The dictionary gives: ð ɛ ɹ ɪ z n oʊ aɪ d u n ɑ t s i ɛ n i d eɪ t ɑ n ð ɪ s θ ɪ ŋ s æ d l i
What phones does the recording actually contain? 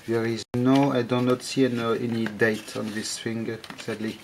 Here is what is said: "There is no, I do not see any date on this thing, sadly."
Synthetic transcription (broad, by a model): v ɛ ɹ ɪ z n oʊ aɪ d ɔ n ɑ t s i ɛ n i d eɪ t ɑ n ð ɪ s f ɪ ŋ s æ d l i